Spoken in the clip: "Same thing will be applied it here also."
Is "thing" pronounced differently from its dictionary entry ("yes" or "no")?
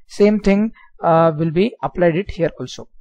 yes